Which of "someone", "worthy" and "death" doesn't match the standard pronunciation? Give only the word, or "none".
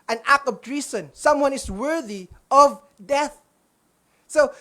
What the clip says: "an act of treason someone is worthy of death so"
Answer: none